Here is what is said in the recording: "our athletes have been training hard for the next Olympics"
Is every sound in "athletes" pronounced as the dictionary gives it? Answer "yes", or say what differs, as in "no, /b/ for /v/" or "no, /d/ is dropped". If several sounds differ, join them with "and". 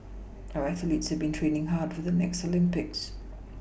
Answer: yes